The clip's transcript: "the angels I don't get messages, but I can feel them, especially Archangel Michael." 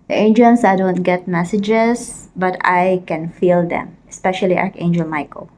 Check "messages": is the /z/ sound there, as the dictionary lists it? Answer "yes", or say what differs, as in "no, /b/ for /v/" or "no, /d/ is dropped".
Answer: no, /s/ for /z/